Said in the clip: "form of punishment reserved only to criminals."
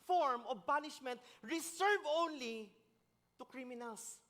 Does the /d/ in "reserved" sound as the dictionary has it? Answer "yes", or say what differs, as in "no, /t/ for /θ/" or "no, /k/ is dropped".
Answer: no, /d/ is dropped